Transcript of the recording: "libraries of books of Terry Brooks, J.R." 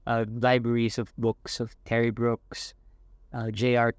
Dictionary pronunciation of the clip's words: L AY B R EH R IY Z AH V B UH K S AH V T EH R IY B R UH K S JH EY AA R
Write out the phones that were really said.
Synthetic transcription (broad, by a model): L AY B R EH R IY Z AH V B UH K S AH V T EH R IY B R UH K S JH EY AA R